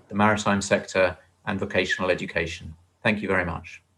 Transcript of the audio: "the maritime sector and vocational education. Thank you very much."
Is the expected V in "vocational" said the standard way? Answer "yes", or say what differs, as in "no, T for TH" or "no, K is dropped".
yes